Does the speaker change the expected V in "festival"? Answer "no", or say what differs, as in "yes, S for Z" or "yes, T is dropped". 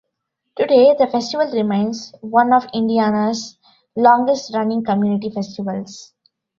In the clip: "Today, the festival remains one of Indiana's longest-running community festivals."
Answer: no